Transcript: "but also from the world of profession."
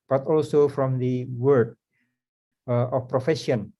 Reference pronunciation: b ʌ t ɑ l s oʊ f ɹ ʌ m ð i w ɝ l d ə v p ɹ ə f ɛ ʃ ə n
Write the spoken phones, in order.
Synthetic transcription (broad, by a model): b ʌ t ɑ l s oʊ f ɹ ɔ m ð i w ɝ d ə f p ɹ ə f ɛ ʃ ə n